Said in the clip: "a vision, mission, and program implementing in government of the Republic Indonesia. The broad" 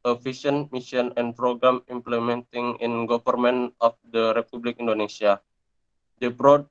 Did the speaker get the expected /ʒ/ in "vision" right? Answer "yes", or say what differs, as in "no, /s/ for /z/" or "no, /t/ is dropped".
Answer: no, /s/ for /ʒ/